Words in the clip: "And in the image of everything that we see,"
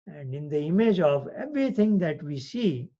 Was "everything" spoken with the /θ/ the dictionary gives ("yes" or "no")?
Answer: no